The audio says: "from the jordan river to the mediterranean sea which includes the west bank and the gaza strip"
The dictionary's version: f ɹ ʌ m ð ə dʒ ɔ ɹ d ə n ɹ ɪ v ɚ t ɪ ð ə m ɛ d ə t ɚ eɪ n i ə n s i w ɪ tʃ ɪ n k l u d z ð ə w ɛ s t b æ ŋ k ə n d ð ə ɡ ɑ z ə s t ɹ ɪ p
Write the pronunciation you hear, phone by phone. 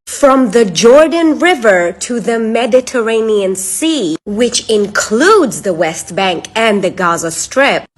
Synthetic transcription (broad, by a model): f ɹ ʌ m ð ə dʒ ɔ ɹ d n ɹ ɪ v ɚ t ɪ ð ə m ɛ d ə t ɚ eɪ n i ə n s i w ɪ tʃ ɪ n k l u d z ð ə w ɛ s t b æ ŋ k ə n ð ə ɡ ɑ z ə s t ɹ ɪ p